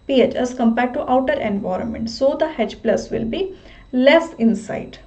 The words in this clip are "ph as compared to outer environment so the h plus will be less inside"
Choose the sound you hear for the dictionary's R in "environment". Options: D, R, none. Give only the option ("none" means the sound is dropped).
R